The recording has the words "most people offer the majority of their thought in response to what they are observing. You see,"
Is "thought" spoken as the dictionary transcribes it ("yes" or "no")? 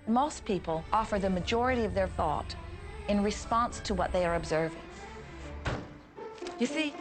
yes